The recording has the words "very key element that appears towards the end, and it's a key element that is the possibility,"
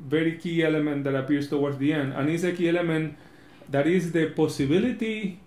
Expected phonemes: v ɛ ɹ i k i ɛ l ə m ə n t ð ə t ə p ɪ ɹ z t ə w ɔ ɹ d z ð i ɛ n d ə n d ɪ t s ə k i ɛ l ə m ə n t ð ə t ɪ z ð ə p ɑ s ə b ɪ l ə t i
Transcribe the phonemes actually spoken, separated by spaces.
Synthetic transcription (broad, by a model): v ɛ ɹ i k i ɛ l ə m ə n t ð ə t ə p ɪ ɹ s t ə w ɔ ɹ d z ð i ɛ n d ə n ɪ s ə k i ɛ l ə m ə n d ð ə t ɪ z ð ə p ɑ s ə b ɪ l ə t i